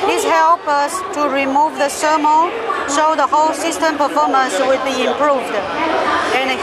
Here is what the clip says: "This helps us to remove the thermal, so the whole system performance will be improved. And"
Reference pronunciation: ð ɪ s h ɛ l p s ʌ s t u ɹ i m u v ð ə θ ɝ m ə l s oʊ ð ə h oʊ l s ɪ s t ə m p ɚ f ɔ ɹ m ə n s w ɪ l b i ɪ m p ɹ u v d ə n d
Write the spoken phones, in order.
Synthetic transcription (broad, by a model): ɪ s h ɛ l p ʌ s t u ɹ i m u v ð ə s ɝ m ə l ʃ oʊ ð ə h oʊ l s ɪ s t ə m p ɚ f ɔ m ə n s w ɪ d b i ɪ m p ɹ u v d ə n